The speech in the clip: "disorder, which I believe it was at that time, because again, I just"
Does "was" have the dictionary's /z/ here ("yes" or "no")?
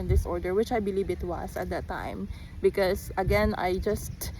no